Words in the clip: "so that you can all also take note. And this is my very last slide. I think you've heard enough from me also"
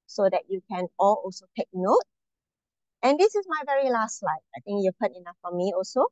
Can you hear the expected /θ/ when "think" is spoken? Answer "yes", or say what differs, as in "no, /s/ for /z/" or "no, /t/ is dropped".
no, /t/ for /θ/